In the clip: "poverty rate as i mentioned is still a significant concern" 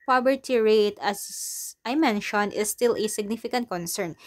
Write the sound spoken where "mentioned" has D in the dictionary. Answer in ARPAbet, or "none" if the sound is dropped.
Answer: none